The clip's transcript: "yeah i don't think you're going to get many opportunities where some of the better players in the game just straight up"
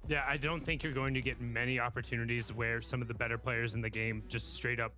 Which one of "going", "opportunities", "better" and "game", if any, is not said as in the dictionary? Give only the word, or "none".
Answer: none